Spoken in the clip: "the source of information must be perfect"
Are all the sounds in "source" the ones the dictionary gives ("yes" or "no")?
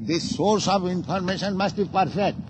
yes